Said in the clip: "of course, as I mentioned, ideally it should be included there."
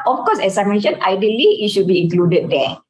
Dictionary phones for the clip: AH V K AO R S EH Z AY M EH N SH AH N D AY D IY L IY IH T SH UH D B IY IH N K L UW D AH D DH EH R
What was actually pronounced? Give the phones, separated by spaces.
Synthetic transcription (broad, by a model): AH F K AO S EH S AY M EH N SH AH N AY D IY L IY IH T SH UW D B IY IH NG K L UW D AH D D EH